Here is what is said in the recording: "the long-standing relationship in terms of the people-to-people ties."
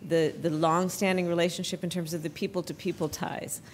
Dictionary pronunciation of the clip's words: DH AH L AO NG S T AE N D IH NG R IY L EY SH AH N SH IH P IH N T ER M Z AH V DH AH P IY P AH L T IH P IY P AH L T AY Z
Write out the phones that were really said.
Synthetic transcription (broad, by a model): DH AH L AO NG S T AE N D IH NG R IY L EY SH AH N SH IH P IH N T ER M Z AH V DH AH P IY P L T IH P IY P L T AY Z